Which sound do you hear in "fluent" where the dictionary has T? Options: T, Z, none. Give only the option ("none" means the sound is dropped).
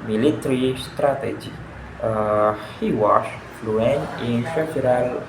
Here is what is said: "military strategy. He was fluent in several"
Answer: none